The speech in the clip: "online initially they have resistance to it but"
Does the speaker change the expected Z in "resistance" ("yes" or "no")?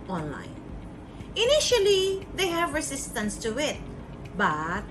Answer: yes